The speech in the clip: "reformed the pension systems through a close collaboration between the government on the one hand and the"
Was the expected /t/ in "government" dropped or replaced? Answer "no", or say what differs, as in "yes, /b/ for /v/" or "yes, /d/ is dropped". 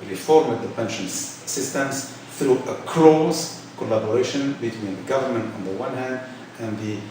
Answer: no